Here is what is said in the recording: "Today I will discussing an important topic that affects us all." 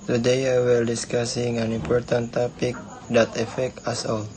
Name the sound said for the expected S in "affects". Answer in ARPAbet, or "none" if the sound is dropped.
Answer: none